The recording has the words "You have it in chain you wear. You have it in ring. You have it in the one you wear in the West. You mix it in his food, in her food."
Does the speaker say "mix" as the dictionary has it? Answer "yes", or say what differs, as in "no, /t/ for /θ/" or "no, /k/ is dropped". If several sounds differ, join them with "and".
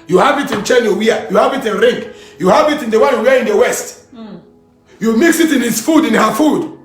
yes